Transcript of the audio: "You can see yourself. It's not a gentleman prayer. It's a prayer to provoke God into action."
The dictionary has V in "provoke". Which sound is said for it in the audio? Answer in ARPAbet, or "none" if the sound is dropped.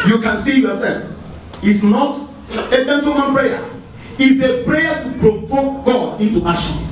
F